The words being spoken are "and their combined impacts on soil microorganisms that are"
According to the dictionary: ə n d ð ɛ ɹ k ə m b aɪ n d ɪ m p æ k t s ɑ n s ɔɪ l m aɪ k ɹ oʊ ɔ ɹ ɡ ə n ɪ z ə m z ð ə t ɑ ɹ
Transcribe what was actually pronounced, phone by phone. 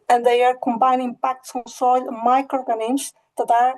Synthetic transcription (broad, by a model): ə n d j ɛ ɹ k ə m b aɪ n ɪ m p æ k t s ɑ n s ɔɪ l m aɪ k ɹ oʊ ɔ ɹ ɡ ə n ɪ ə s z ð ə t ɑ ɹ